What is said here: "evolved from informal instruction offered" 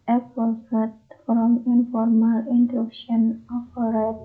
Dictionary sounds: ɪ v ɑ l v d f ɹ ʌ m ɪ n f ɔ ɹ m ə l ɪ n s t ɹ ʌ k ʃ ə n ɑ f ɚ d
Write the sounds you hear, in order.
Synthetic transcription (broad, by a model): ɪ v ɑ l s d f ɹ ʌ m ɪ n f ɔ ɹ m ə l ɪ n t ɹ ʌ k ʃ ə n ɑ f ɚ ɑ